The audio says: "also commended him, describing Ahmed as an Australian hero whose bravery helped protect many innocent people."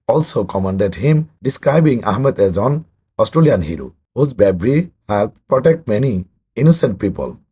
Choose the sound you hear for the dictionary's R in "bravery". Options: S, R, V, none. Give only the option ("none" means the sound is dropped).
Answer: none